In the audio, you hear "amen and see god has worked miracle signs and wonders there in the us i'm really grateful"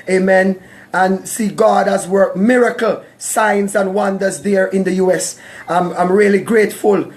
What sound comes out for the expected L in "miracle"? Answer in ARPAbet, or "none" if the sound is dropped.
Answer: L